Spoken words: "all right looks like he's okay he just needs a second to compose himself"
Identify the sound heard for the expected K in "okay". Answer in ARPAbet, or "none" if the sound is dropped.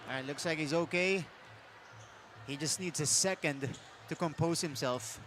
K